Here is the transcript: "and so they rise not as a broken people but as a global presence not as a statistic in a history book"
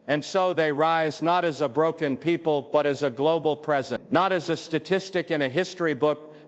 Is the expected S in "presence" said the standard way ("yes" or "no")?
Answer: no